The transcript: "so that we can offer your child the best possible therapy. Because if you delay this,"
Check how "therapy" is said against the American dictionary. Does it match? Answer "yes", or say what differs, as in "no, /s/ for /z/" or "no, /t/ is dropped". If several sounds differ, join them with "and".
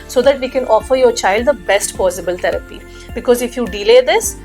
no, /t/ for /θ/